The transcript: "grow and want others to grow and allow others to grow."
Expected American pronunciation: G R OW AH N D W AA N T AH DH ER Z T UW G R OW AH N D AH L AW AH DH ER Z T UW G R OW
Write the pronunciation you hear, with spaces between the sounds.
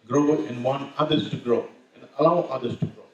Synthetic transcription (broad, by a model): G R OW AH N D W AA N AH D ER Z T UW G R OW AH N D AH L AW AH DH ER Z T UW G R OW